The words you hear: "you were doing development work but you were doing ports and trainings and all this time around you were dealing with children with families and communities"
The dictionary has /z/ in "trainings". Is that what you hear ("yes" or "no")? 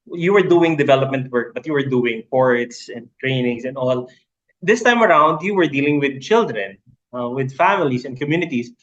no